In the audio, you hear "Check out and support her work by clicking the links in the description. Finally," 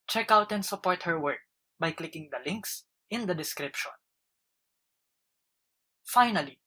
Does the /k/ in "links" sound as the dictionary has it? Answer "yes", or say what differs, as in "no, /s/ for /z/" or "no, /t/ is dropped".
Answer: yes